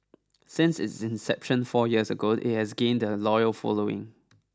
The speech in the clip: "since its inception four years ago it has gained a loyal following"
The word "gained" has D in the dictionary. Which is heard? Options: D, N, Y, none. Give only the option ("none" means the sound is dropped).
D